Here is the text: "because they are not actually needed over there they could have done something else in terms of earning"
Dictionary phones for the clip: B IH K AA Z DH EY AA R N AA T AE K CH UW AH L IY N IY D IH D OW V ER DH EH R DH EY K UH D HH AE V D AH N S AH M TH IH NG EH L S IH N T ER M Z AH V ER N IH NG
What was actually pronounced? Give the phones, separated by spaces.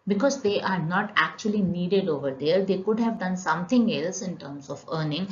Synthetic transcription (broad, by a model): B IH K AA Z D EY AA R N AA T AE K CH UW AH L IY N IY D IH D OW V ER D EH R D EY K UH D HH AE V D AH N S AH M T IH NG EH L S IH N T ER M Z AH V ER N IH NG